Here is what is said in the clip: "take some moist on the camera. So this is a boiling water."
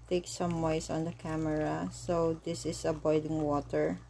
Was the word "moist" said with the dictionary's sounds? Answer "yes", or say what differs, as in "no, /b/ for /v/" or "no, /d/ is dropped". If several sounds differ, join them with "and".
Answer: no, /t/ is dropped